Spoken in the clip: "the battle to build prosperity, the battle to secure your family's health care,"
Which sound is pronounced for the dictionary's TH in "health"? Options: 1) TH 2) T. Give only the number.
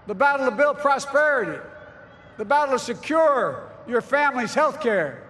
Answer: 1